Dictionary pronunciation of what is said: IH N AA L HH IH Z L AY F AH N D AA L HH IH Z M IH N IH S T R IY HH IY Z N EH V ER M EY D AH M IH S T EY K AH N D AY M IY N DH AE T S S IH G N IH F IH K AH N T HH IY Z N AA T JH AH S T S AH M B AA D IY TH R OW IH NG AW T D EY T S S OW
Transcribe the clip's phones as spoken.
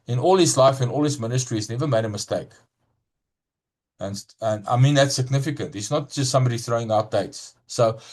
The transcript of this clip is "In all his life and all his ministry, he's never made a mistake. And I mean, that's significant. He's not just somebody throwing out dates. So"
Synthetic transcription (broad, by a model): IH N AA L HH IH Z L AY F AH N AA L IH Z M IH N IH S T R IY IY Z N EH V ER M EY D AH M IH S T EY K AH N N AY M IY N DH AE T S S IH G N IH F IH K AH N T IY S N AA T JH AH S T S AH M B AA D IY TH R OW IH NG AW T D EY T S S OW